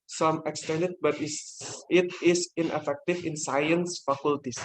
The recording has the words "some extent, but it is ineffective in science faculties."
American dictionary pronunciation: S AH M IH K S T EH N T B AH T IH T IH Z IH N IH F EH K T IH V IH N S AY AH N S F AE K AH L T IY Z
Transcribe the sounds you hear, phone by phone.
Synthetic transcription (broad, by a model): S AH M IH K S T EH N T B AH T IH T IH S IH N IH F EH K T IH F IH N S AY AH N S F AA K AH L T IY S